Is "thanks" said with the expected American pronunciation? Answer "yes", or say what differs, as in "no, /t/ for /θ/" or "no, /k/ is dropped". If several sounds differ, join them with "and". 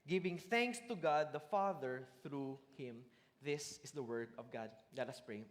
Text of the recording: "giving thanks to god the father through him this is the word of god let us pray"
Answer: yes